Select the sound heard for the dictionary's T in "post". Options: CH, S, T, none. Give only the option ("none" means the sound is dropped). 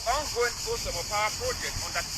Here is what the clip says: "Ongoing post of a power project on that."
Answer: none